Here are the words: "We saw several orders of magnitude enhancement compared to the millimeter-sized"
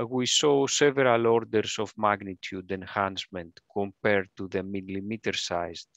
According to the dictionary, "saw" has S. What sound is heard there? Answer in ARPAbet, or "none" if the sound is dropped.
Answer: S